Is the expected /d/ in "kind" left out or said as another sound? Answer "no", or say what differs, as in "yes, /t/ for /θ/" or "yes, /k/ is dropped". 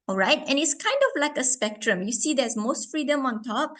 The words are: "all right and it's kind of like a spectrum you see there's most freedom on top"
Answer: no